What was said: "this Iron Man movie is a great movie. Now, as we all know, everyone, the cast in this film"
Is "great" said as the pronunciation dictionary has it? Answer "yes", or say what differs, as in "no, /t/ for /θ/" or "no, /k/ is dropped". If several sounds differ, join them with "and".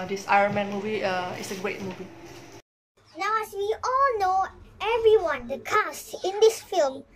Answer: yes